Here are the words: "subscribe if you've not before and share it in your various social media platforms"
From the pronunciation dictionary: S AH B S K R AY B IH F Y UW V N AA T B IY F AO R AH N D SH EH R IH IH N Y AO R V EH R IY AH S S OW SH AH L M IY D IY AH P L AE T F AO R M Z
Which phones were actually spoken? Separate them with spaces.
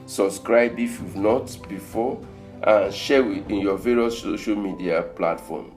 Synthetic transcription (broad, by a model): S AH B S K R AY B IH F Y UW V N AA T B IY F AO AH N SH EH W IH IH N Y AO V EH R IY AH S S OW SH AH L M IY D IY AH P L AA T F AO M